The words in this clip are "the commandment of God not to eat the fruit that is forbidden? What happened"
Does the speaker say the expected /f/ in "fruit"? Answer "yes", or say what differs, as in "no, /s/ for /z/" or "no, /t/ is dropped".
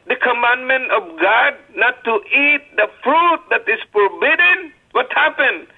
yes